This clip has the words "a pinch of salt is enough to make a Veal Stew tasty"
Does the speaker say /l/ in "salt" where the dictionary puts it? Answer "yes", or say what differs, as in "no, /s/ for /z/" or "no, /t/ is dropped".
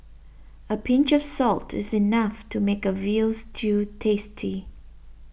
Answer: yes